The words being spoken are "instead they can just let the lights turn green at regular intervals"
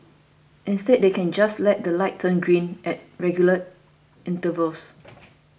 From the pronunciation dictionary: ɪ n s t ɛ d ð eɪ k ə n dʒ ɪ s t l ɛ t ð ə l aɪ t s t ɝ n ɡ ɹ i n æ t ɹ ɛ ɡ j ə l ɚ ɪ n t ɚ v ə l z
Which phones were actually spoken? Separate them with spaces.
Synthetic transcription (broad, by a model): ɪ n s t ɛ d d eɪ k ə n dʒ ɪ s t l ɛ t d ə l aɪ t t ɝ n ɡ ɹ i n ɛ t ɹ ɛ ɡ j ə l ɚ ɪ n t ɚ v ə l s